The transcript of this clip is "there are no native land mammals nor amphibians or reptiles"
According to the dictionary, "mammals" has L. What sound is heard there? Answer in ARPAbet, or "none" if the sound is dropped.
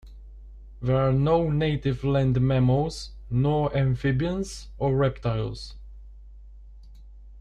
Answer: none